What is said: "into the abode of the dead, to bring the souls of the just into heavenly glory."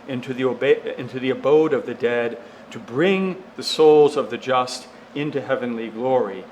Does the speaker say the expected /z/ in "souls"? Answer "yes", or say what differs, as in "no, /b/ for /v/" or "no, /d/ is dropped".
yes